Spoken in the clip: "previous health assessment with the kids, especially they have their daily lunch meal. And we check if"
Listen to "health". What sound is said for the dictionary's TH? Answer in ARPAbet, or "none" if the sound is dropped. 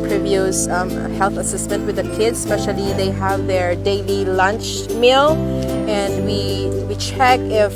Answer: TH